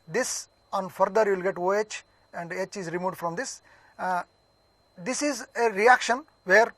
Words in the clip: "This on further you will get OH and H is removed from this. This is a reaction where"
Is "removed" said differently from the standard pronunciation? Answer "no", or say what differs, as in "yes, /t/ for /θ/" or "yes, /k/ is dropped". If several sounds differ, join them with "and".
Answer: yes, /v/ is dropped